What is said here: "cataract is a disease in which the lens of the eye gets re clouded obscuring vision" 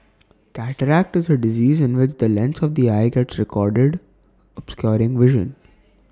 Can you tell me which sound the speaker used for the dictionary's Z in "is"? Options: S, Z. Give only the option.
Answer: Z